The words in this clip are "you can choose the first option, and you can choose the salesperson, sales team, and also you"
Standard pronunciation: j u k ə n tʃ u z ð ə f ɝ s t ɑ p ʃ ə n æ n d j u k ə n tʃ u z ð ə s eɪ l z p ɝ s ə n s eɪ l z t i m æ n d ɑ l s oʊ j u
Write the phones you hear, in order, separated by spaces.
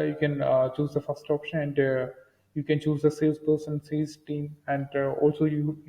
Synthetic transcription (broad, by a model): j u k ə n tʃ u z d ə f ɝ s t ɑ p ʃ ə n æ n d j u k ə n tʃ u z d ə s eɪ z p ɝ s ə n s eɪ z t i m æ n d ɑ l s oʊ j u